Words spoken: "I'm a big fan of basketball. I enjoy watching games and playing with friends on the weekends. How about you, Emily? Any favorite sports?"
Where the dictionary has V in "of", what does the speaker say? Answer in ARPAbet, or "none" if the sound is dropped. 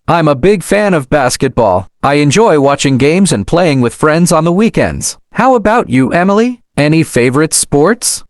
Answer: V